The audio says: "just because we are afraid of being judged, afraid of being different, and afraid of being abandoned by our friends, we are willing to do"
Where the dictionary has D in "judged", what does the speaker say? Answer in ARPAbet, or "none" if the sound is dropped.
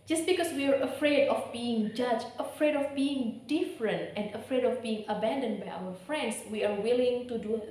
none